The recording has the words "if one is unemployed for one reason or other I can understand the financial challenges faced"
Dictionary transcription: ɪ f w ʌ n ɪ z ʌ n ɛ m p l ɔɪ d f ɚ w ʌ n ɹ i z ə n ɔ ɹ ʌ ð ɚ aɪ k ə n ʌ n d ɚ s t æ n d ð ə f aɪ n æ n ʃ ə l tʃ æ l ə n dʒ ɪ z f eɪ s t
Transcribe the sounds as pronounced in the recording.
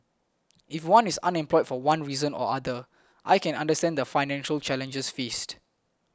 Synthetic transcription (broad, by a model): ɪ f w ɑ n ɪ s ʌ n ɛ m p l ɔɪ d f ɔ w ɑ n ɹ i z ə n ɔ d ʌ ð aɪ k ə n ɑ n d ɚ s t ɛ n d ə f aɪ n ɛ n ʃ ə l tʃ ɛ l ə n dʒ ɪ s f eɪ s t